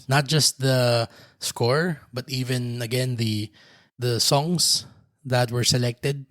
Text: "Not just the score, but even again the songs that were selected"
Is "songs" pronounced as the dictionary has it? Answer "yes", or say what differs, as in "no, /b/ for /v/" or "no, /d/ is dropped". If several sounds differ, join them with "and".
no, /s/ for /z/